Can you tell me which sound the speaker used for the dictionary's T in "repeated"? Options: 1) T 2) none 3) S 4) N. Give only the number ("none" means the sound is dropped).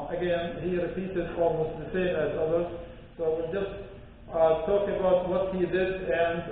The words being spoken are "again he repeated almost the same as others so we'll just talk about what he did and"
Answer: 3